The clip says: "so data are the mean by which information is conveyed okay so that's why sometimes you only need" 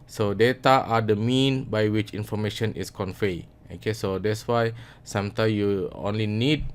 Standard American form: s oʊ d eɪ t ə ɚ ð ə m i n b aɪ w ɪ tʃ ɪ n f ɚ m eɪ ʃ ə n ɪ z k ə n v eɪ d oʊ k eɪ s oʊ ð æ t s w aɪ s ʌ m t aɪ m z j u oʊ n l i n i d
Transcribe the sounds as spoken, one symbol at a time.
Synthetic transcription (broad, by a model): s oʊ d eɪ t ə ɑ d ə m i n b aɪ w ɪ tʃ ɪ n f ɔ m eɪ ʃ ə n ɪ s k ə n f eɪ oʊ k eɪ s oʊ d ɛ t s w aɪ s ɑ m t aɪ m j u oʊ n l i n i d